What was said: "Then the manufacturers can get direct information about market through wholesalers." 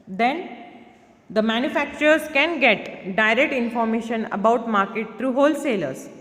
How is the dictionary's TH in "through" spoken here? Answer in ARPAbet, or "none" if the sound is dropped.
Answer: T